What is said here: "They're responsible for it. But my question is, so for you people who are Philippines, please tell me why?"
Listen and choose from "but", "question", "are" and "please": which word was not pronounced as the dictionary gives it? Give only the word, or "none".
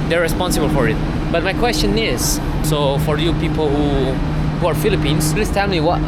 please